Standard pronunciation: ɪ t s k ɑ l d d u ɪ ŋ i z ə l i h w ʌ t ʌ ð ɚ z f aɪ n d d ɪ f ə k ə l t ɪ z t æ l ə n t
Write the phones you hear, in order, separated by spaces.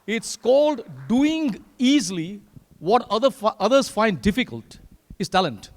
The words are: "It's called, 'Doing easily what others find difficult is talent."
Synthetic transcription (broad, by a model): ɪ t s k ɑ l d d u ɪ ŋ i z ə w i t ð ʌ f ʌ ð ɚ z f aɪ n d d ɪ f ə k ə l t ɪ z t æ l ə n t